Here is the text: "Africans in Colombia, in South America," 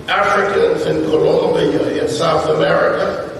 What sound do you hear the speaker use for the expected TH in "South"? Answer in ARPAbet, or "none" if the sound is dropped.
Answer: TH